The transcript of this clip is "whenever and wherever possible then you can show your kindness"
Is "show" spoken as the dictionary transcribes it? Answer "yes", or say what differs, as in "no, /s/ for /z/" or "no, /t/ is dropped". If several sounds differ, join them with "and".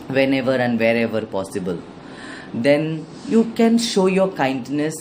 yes